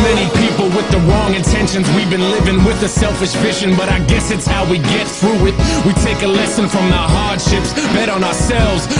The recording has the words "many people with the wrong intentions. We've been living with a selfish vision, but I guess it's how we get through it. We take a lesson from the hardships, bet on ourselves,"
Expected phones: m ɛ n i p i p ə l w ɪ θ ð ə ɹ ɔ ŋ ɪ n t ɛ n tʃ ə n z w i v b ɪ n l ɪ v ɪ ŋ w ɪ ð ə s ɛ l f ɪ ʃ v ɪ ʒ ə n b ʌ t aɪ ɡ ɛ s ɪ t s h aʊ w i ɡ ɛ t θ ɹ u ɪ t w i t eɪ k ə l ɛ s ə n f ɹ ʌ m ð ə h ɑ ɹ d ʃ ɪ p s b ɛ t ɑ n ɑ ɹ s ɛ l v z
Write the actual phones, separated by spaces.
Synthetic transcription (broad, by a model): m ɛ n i p i p l w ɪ ð ə ɹ ɔ ŋ ɪ n t ɛ n ʃ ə n z w i v b ɪ n l ɪ v ɪ ŋ w ɪ ð ə s ɛ l f ɪ ʃ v ɪ ʃ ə n b ʌ t aɪ ɡ ɛ s ɪ t s h aʊ w i ɡ ɛ t θ ɹ u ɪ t w i t eɪ k ə l ɛ s ə n f ɹ ʌ m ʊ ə h ɑ ɹ d ʃ ɪ p s b ɛ t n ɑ ɹ s ɛ l v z